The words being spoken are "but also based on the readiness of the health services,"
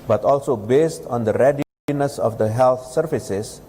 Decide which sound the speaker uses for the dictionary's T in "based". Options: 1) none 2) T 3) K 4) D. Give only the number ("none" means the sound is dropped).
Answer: 2